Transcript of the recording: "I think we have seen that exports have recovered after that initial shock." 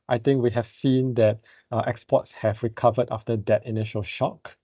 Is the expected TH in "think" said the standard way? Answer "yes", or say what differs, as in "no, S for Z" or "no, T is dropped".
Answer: no, T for TH